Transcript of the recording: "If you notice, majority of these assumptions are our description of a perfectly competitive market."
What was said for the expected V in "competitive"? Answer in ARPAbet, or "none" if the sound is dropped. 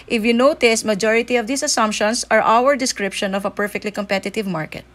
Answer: V